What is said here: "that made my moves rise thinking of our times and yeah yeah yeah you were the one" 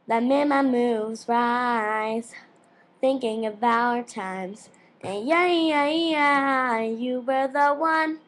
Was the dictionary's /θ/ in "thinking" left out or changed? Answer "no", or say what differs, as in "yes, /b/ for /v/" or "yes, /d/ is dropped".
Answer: no